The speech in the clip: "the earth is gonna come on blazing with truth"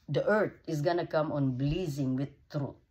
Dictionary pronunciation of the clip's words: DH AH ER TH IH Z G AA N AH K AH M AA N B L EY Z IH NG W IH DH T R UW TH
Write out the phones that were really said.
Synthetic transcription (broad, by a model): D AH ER T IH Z G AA N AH K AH M AA N B L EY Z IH NG W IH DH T R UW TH